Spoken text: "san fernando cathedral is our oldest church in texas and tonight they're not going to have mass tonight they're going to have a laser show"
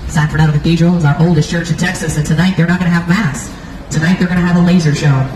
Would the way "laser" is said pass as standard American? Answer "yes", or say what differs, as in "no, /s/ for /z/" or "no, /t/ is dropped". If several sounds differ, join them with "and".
yes